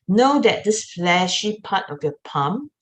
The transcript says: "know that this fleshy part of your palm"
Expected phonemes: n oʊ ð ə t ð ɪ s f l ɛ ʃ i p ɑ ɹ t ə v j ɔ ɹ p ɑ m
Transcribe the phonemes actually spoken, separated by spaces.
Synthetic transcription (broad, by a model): n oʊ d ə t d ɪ s f l ɛ ʃ i p ɑ t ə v j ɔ p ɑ m